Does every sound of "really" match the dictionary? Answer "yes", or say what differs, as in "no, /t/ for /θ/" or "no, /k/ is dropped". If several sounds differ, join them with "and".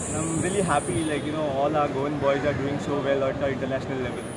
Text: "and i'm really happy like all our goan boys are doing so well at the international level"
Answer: yes